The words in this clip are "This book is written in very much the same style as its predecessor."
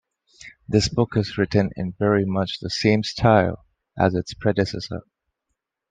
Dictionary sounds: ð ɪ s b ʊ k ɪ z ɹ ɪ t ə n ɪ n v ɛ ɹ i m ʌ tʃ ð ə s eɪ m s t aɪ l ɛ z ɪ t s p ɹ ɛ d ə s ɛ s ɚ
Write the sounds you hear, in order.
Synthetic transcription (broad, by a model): ð ɪ s b ʊ k ɪ z ɹ ɪ t ə n ɪ n v ɛ ɹ i m ʌ tʃ ð ə s eɪ m s t aɪ l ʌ z ɪ t s p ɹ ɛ d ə s ɛ s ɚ